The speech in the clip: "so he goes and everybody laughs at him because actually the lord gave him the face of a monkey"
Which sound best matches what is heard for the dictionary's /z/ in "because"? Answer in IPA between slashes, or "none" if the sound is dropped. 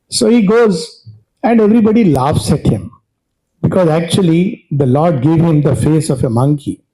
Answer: /z/